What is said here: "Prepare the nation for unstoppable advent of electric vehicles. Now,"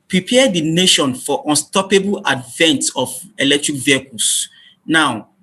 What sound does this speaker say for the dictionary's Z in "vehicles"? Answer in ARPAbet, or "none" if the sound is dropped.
S